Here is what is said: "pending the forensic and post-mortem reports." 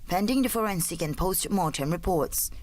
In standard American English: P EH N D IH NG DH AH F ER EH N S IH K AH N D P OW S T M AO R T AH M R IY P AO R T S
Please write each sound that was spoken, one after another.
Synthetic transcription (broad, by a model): P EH N D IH NG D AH F ER EH N S IH K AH N P OW S T M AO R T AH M R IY P AO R T S